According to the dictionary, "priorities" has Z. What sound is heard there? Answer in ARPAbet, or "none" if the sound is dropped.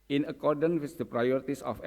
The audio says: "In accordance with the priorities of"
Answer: S